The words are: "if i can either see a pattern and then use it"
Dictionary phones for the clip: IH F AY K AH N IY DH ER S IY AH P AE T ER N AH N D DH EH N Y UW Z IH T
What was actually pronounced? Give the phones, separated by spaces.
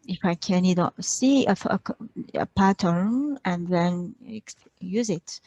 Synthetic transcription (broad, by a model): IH F AY K AH N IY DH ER S IY AH P AE T ER N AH N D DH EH N Y UW Z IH T